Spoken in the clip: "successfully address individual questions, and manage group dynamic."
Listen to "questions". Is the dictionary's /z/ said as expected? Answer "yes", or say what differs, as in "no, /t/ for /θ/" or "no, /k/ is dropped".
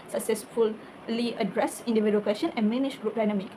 no, /z/ is dropped